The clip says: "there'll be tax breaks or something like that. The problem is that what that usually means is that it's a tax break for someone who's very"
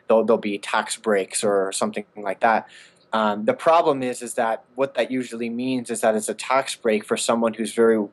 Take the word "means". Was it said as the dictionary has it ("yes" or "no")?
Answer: yes